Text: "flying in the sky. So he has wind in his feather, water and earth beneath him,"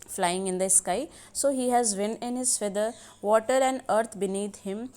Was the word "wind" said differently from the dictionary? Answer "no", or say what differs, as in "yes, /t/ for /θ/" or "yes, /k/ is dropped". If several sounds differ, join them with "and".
yes, /d/ is dropped